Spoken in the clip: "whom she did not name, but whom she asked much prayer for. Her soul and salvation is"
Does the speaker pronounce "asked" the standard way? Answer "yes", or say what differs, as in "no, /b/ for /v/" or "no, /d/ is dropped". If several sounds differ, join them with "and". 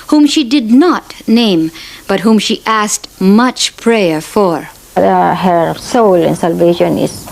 yes